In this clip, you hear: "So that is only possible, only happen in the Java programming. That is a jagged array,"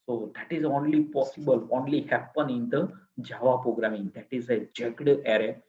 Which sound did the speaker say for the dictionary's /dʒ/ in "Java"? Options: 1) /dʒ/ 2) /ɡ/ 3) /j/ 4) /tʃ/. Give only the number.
1